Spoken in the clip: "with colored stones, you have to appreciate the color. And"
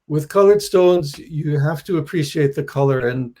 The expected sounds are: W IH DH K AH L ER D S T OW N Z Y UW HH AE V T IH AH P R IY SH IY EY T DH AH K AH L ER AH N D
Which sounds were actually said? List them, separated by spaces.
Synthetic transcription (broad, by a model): W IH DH K AH L ER D S T OW N Z Y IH HH AE F T IH AH P R IY SH IY EY T DH AH K AH L ER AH N